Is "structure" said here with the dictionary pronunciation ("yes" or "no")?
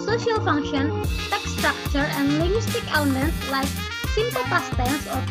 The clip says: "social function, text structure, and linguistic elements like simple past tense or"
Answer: yes